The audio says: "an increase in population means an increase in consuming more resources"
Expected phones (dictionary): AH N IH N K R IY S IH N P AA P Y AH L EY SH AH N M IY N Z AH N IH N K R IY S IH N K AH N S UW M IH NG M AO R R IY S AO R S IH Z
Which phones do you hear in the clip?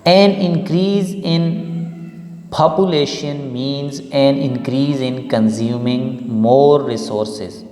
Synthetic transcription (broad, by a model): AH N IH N K R IY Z IH N P AA P Y AH L EY SH AH N M IY N Z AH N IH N K R IY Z IH N K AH N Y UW M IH NG M AO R R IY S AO R S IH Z